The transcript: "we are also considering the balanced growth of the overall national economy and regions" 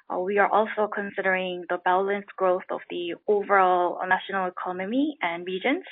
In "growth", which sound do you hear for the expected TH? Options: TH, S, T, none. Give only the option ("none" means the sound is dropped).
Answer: TH